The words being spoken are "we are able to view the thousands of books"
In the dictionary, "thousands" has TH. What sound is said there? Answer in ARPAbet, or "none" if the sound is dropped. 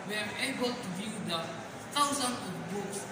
T